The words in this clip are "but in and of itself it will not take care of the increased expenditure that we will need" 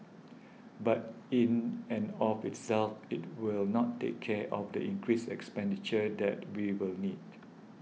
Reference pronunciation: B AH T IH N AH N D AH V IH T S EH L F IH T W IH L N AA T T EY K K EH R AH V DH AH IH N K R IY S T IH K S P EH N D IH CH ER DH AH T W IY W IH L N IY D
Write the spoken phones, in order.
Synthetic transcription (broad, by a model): B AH T IH N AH N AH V IH T S EH L F IH T W IH L N AA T T EY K K EH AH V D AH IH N K R IY S IH K S P EH N D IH CH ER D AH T W IY W IH L N IY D